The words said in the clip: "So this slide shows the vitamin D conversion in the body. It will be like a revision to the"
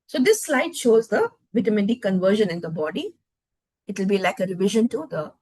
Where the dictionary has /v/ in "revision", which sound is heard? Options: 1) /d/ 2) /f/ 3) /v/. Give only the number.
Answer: 3